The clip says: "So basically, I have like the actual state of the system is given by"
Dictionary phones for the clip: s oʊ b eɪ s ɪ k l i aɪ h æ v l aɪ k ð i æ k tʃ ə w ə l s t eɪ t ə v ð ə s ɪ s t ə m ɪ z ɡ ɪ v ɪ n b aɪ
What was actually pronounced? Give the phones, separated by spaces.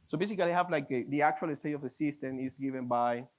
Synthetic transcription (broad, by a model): s oʊ b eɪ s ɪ k l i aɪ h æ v l aɪ k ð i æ k tʃ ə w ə l s t eɪ t ə v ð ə s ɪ s t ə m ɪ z ɡ ɪ v ɪ n b aɪ